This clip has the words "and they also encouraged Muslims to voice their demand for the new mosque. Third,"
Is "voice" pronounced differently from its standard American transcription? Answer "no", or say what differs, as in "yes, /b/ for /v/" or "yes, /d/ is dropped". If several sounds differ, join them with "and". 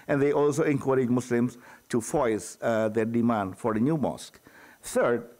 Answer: yes, /f/ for /v/